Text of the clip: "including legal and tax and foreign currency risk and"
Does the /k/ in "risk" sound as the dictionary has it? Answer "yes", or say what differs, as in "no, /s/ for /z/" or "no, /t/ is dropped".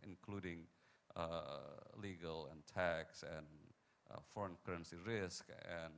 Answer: yes